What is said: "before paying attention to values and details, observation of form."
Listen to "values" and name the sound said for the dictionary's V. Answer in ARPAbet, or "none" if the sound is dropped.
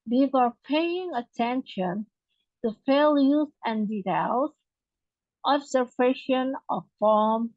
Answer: F